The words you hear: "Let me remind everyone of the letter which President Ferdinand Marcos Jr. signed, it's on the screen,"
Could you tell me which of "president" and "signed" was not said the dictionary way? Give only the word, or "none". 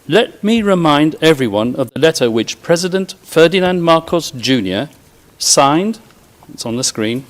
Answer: none